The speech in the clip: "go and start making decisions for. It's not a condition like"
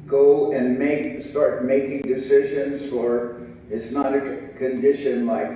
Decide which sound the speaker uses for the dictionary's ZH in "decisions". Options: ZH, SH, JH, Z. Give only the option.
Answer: ZH